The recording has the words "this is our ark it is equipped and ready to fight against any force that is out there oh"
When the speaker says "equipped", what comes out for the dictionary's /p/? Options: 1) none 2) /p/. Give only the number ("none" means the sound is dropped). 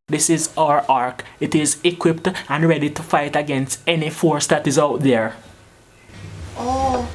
2